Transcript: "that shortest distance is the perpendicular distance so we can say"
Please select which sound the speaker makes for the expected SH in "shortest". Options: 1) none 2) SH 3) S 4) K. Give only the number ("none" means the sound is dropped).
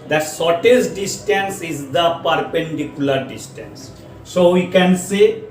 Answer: 3